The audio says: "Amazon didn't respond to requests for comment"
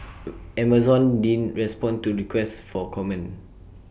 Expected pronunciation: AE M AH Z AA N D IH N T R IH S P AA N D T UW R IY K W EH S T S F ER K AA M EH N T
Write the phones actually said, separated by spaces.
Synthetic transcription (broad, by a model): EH M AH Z AA N D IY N R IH S P AA N T UW R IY K W EH S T F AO K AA M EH N